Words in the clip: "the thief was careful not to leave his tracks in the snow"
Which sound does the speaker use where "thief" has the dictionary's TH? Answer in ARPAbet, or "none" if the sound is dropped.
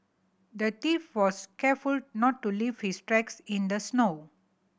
T